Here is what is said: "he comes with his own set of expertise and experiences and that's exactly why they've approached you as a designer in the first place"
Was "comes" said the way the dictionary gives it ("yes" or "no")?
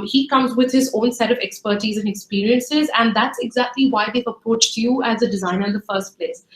yes